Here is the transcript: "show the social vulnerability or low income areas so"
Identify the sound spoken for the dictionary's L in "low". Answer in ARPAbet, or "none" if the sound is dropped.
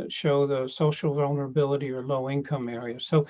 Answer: L